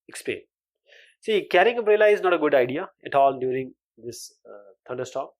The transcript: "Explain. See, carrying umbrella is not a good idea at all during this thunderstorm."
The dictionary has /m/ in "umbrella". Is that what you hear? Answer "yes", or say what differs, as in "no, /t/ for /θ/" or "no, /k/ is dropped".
no, /m/ is dropped